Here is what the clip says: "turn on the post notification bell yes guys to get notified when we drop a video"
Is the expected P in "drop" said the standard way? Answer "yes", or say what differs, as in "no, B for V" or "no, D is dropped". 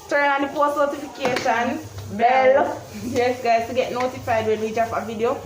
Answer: no, F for P